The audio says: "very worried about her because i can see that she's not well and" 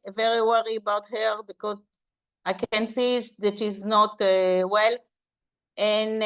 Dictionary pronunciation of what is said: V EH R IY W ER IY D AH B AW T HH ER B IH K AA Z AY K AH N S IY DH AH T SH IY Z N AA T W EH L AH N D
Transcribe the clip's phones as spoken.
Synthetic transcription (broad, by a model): V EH R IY W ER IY AH B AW T HH ER B IH K AA Z AY K AH N S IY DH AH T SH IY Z N AA T W EH L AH N